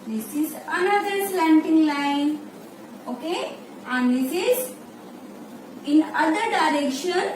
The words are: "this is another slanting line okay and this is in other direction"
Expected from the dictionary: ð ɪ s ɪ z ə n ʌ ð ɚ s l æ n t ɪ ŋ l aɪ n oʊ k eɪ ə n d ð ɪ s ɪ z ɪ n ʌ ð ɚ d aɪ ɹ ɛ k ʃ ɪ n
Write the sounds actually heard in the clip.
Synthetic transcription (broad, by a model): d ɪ s ɪ z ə n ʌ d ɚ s l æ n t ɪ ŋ l aɪ n oʊ k eɪ ə n d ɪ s ɪ z ɪ n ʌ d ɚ d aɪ ɹ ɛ k ʃ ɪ n